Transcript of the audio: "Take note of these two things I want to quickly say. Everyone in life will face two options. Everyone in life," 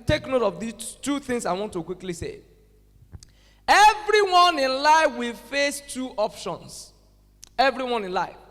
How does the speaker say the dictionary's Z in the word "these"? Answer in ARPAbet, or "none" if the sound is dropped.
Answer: none